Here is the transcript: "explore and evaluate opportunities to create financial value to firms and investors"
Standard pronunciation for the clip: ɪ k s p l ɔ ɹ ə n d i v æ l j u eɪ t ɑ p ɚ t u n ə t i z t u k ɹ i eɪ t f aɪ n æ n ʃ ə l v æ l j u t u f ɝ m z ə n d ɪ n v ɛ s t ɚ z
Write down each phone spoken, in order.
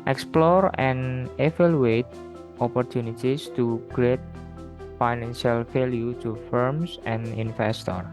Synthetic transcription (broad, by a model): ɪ k s p l ɔ ɹ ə n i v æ l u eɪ t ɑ p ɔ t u n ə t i s t u k ɹ i eɪ t f aɪ n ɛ n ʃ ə l f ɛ l j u t u f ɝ m s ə n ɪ n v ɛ s t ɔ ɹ